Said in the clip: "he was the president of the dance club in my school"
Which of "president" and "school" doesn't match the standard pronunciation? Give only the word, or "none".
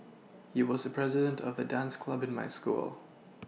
none